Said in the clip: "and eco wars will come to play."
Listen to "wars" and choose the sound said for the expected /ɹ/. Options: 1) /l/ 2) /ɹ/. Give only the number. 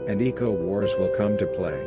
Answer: 2